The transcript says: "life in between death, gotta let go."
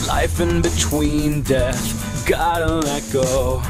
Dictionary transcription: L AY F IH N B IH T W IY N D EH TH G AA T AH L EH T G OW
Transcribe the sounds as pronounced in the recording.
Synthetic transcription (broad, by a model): L AY F IH N B IH T W IY N D EH TH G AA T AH N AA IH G OW